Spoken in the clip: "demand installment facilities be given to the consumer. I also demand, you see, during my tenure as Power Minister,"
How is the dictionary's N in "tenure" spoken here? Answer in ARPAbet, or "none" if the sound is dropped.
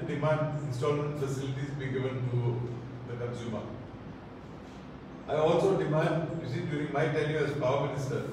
L